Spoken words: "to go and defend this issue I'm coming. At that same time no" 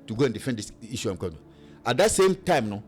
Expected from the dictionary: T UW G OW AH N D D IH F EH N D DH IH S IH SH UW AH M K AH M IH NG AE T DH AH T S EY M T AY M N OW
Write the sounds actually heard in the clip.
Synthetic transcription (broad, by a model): T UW G OW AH N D D IH F EH N D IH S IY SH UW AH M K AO IH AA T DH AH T S EY M T AY M N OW